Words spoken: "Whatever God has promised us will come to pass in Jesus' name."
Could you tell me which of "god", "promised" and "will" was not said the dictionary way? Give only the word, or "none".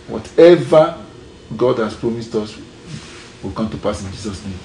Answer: none